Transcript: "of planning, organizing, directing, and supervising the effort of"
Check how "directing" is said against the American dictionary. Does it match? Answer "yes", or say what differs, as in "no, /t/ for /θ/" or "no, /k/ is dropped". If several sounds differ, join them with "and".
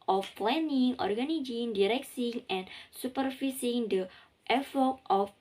no, /s/ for /t/